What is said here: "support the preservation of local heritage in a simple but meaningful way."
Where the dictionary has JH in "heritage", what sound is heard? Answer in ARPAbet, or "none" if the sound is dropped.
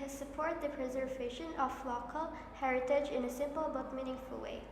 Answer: JH